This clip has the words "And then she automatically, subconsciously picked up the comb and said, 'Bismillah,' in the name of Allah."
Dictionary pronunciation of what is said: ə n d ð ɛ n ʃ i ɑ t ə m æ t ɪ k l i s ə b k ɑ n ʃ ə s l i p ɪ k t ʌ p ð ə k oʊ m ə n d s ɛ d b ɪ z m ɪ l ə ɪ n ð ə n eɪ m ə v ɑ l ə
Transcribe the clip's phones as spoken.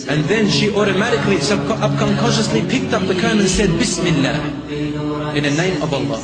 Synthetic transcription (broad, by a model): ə n ð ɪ n ʃ i ɑ t ə m æ t ɪ k l i s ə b k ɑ n ʃ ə s l i p ɪ k t ʌ p ð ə k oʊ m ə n s ɛ d b ɪ s m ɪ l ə ɪ n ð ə n eɪ m ə v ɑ l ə